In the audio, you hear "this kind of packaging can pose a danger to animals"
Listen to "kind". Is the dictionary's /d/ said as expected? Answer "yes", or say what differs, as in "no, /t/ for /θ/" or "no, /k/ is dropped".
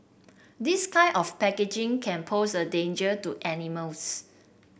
no, /d/ is dropped